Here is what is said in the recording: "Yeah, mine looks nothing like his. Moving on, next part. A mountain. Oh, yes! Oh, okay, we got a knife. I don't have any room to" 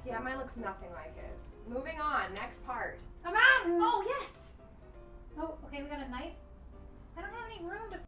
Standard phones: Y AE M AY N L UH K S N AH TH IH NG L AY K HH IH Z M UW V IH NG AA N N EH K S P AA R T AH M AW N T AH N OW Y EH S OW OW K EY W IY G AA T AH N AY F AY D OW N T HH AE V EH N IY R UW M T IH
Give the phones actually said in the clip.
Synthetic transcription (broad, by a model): Y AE M AY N L UH K S N AH TH IH NG L AY K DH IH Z M UW V IH NG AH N N EH K S P AA R T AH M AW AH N OW Y EH S OW OW K EY W IY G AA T AH N AY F AY D OW N T HH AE V EH N IY R UW M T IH